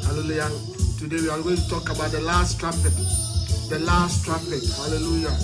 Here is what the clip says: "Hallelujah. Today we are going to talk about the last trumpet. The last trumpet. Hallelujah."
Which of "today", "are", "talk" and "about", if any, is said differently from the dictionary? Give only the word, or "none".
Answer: are